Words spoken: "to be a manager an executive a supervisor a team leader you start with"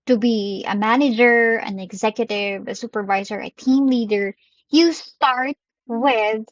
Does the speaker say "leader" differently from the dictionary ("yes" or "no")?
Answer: no